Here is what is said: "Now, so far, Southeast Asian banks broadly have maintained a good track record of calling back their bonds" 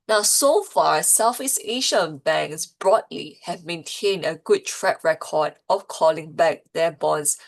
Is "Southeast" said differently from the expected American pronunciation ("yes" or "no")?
yes